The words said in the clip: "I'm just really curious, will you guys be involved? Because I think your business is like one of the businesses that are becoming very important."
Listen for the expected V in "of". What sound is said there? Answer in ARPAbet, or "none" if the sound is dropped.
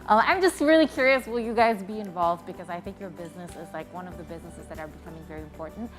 V